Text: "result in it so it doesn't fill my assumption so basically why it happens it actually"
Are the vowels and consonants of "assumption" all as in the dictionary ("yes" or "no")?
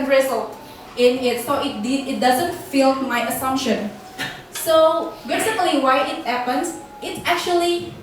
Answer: yes